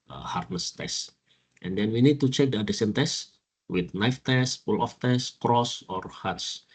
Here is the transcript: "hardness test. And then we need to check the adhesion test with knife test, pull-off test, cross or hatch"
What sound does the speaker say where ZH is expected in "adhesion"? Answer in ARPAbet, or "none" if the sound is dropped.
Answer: S